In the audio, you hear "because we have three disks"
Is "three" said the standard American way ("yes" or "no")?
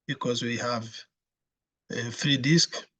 no